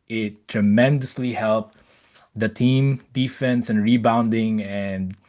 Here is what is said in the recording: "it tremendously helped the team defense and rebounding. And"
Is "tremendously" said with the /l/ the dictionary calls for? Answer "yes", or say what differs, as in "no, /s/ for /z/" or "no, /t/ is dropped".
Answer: yes